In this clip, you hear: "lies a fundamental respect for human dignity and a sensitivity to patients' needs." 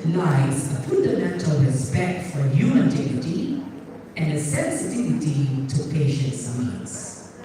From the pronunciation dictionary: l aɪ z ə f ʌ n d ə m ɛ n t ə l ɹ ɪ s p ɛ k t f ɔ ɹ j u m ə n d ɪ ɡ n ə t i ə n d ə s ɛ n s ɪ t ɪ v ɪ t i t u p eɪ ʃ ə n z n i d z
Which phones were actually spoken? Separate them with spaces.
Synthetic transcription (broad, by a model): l aɪ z ə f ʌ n d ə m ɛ n t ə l ɹ ɪ s p ɛ k t f ɔ ɹ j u ə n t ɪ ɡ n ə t i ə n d ə s ɛ n s ɪ t ɪ v ɪ t i t u p eɪ ʃ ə n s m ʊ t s